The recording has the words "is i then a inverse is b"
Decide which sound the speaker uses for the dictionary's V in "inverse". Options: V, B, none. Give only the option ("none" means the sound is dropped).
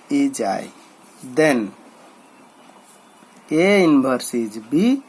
B